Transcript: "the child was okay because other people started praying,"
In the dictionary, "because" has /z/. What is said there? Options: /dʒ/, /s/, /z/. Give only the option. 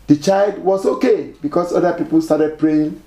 /s/